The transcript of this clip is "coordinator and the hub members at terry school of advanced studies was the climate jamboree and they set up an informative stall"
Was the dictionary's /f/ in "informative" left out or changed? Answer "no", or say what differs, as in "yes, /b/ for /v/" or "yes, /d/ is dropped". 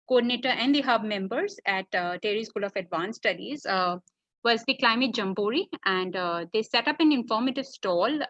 no